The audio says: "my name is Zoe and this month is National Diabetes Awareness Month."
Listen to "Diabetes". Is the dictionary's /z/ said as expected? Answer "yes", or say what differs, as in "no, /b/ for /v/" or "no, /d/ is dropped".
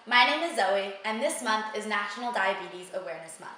yes